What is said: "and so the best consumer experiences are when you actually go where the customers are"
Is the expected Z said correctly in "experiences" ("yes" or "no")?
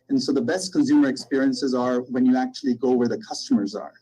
yes